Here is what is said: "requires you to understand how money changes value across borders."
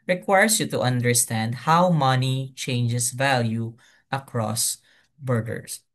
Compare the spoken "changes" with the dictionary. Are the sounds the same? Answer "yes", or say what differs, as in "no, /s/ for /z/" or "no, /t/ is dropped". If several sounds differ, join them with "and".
no, /s/ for /z/